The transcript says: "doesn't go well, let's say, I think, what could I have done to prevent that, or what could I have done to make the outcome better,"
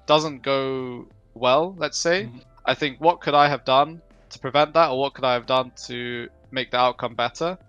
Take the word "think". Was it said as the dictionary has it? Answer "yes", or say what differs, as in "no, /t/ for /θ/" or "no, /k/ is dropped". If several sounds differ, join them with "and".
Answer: yes